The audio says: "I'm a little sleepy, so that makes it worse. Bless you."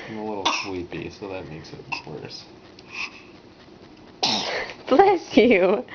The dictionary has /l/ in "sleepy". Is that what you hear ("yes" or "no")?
no